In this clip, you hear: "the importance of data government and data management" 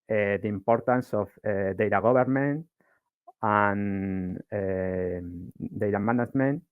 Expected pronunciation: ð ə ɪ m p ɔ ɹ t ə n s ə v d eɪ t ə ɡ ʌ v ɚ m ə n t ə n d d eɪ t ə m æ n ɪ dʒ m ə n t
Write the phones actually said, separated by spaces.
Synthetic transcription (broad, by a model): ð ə ɪ m p ɔ ɹ t ə n s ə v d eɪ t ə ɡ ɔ b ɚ m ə n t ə n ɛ d eɪ t ə m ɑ n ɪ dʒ m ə n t